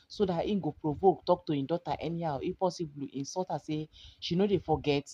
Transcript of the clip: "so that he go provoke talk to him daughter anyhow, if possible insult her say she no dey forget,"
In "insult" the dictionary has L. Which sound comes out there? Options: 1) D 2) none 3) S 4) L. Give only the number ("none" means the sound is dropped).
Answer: 2